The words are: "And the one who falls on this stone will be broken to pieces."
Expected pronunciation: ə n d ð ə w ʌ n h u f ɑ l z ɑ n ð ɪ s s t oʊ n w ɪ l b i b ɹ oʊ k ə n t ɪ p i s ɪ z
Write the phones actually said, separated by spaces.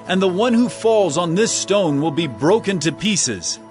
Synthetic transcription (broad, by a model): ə n ð ə w ʌ n h u f ɑ l z n ð ɪ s s t oʊ n w ɪ l b i b ɹ oʊ k ə n t ɪ p i s ɪ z